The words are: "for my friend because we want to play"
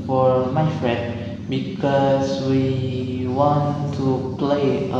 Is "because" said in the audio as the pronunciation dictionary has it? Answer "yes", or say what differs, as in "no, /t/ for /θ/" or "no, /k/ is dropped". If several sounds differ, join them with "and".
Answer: no, /s/ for /z/